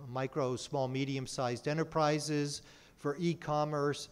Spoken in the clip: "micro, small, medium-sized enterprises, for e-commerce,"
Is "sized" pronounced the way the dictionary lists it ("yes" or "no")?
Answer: yes